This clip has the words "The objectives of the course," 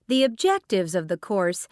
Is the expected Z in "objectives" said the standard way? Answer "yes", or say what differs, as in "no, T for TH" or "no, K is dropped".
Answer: yes